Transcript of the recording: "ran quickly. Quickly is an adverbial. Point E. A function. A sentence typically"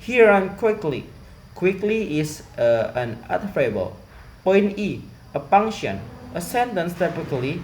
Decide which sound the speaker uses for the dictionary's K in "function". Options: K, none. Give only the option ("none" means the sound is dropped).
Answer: none